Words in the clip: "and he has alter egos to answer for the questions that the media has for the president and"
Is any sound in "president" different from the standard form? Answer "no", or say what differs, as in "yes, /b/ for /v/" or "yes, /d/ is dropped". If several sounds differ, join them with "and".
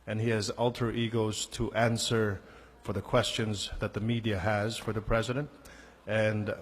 no